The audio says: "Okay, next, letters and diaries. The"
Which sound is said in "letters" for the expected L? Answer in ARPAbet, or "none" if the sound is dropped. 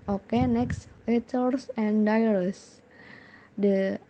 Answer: W